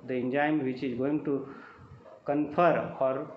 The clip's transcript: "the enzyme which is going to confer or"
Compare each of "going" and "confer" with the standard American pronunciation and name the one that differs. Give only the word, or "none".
confer